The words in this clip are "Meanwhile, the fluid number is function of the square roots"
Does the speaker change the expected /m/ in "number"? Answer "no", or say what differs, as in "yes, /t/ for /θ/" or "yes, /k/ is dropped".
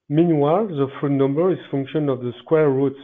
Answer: no